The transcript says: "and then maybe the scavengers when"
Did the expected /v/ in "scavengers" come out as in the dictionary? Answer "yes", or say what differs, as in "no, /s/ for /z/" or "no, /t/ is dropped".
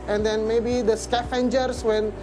no, /f/ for /v/